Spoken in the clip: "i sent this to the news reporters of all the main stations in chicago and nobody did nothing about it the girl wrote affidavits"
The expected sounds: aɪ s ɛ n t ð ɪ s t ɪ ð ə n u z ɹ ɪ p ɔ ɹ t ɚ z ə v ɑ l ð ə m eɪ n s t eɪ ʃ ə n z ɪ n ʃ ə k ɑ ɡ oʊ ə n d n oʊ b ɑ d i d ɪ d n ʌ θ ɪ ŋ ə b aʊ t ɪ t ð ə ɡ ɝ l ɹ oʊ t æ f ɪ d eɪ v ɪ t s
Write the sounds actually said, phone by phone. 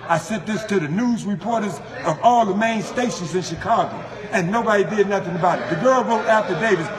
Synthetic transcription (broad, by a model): aɪ s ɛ t ð ɪ s t ɪ ð ə n u z ɹ ɪ p ɔ ɹ t ɚ z ə v ɑ l ð ə m eɪ n s t eɪ ʃ ə n z ɪ n ʃ ə k ɑ ɡ oʊ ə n n oʊ b ɑ d i d ɪ d n ʌ θ ɪ ŋ ə b aʊ t ɪ t ð ə ɡ ɝ l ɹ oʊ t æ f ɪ d eɪ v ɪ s